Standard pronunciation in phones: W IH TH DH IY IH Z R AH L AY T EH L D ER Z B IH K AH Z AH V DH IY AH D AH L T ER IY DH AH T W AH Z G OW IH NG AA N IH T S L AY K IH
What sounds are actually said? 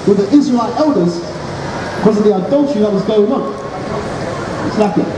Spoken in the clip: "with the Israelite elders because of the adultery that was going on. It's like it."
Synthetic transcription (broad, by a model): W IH DH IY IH Z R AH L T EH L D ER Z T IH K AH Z AH V DH IY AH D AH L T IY DH AH T W AH Z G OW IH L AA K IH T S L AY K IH